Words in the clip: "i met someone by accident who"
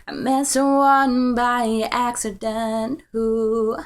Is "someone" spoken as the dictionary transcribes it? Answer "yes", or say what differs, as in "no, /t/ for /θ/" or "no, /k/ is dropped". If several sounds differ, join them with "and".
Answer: no, /m/ is dropped